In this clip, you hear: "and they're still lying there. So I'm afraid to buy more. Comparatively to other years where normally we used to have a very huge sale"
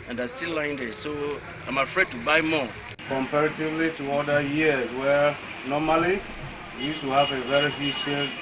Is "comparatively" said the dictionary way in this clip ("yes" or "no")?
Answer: yes